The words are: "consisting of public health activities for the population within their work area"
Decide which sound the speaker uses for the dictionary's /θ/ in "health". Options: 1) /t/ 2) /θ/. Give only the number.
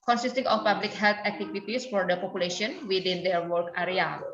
1